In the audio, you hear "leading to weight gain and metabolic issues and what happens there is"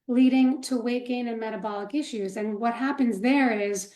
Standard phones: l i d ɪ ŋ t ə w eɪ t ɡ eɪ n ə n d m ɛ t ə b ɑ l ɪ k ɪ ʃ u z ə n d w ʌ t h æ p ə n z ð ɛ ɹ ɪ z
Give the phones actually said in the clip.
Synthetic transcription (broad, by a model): l i d ɪ ŋ t ə w eɪ t ɡ eɪ n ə n m ɛ t ə b ɑ l ɪ k ɪ ʃ u z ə n w ʌ t h æ p ə n z ð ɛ ɹ ɪ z